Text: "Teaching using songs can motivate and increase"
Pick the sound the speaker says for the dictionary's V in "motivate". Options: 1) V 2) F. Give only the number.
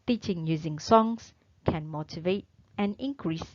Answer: 1